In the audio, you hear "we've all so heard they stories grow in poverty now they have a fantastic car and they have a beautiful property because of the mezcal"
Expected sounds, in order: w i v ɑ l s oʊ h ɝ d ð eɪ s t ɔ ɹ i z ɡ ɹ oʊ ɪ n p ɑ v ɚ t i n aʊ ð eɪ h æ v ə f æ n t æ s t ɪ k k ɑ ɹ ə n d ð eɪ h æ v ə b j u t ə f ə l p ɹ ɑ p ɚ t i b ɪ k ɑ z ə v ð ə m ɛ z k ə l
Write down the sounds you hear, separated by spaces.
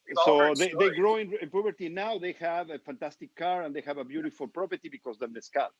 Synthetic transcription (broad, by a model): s s oʊ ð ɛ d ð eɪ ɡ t ɔ i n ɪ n p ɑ p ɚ t i n aʊ ð eɪ h æ v ə f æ n t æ s t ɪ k k ɑ ɹ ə n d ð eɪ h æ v ə b j u t ə f ə l p ɹ ɑ p ɚ t i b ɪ k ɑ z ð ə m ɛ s k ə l